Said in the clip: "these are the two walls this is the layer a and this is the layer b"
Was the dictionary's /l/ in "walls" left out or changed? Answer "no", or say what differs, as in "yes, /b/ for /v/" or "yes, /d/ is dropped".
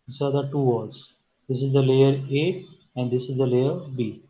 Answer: yes, /l/ is dropped